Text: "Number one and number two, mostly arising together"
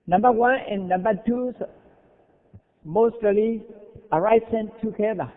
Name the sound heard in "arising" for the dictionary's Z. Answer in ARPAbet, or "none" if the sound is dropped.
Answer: S